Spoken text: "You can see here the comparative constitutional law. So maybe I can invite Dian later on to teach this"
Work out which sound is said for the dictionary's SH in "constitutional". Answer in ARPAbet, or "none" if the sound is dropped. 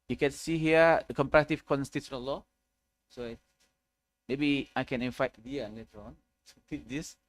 none